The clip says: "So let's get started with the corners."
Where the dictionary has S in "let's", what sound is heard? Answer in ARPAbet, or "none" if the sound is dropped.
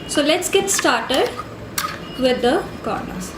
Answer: S